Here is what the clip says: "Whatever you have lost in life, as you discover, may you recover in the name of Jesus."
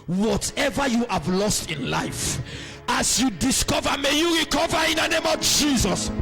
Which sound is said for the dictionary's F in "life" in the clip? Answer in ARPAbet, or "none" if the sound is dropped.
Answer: F